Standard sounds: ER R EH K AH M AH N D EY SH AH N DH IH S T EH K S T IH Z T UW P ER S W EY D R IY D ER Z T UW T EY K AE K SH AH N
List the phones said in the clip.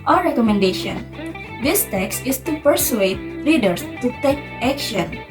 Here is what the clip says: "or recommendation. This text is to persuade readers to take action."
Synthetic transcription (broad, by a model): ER R EH K AH M AH N D EY SH AH N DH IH S T EH K S T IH S T UW P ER S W EY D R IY D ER S T UW T EY K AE K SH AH N